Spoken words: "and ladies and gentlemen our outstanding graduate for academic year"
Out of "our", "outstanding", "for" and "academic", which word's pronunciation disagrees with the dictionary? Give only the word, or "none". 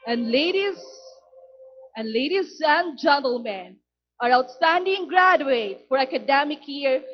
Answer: none